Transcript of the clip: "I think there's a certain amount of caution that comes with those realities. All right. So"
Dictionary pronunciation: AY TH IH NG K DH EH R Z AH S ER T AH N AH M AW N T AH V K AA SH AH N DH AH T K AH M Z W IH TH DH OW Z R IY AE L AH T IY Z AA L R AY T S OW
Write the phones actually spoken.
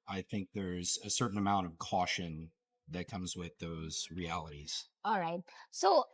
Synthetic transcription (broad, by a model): AY TH IH NG K DH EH R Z AH S ER T N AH M AW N T AH V K AA SH AH N DH AH T K AH M Z W IH DH OW Z R IY AE L AH T IY Z AA L R AY T S OW